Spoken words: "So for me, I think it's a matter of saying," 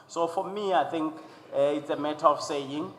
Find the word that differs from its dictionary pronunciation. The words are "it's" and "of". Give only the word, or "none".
of